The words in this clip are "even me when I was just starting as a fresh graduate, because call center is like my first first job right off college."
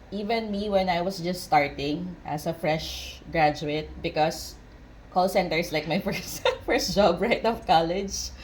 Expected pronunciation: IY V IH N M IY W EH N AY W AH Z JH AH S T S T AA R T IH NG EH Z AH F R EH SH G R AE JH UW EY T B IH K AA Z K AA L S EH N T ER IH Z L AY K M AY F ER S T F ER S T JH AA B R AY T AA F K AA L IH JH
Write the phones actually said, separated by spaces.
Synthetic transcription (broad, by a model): IY V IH N M IY W EH N AY W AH S JH AH S T S T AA R T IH NG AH S AH F R EH SH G R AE JH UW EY T B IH K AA S K AA L S EH N T ER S L AY K M AY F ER S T F ER S T JH AA B R AY T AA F K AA L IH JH